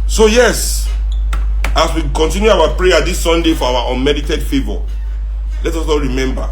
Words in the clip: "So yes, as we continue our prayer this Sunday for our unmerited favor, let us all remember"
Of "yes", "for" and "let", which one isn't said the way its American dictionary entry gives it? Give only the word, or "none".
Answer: for